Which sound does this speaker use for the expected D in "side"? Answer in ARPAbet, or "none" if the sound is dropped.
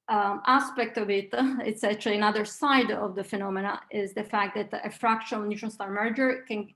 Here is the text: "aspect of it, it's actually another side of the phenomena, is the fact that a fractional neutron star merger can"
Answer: D